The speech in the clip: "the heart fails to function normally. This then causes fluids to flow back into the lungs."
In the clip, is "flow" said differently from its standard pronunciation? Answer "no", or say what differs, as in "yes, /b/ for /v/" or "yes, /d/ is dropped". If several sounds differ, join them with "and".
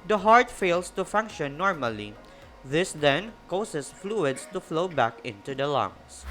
no